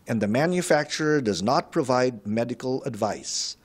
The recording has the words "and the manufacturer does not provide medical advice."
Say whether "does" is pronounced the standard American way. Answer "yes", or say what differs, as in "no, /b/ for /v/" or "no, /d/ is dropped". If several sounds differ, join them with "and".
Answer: yes